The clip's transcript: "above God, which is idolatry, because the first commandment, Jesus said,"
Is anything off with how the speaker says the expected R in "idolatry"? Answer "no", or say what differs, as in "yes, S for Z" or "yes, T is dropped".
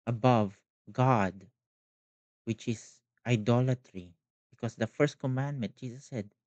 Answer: no